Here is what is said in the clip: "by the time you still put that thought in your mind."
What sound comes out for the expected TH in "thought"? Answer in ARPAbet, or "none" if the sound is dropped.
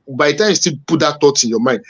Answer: T